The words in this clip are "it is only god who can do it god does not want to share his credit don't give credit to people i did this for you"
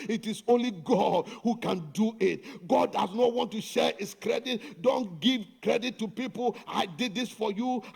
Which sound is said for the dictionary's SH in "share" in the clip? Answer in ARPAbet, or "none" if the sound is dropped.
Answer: SH